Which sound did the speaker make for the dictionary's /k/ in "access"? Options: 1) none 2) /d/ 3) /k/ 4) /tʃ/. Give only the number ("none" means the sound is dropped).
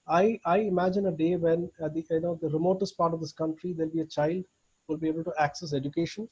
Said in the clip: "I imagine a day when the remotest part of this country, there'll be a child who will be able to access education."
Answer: 3